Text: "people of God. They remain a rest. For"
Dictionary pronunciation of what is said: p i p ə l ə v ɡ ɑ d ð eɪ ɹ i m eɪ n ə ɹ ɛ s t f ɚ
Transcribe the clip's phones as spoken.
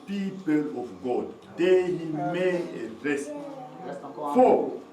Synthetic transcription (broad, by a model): p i p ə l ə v ɡ ɑ d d eɪ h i m eɪ ə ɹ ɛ s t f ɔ